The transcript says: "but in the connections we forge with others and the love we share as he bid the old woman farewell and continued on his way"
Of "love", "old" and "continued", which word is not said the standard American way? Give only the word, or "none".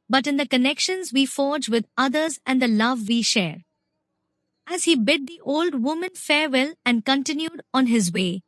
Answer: none